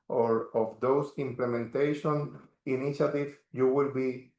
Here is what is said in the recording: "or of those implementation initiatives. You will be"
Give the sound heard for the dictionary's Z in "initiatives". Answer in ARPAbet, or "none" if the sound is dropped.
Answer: none